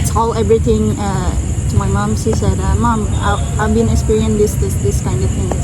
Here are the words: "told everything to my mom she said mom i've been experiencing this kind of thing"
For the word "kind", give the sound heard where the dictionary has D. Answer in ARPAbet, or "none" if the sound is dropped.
D